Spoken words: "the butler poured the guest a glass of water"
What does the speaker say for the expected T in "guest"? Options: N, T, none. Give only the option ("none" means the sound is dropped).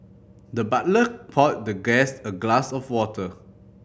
none